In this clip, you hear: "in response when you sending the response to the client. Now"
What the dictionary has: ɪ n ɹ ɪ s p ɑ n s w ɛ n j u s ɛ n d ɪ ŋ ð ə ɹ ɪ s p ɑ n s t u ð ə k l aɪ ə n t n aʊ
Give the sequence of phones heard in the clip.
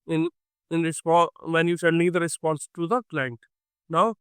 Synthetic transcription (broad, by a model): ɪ n ɹ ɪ s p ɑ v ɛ n j u ʃ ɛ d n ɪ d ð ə ɹ ɪ s p ɑ n s t u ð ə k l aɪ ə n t n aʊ